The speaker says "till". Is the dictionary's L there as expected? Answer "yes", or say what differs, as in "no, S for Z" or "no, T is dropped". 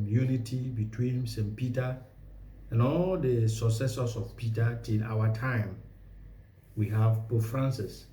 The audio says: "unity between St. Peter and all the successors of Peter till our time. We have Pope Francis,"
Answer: no, N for L